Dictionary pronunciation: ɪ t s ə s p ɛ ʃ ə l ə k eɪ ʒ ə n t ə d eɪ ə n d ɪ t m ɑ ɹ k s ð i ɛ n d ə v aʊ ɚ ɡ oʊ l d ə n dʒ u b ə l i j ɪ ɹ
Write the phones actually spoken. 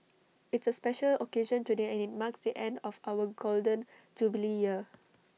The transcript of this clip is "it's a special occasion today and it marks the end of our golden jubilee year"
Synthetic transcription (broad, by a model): ɪ t s ə s p ɛ ʃ ə l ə k eɪ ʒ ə n t ə d eɪ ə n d ɪ t m ɑ k s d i ɛ n d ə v aʊ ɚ ɡ oʊ l d ə n dʒ u b ə l i j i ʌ